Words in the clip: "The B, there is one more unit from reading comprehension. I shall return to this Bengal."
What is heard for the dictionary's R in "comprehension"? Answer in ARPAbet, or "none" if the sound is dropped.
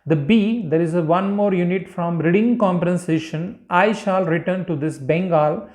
none